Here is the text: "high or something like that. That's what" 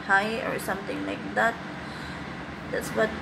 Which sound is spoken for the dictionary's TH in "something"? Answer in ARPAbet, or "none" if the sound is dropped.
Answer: T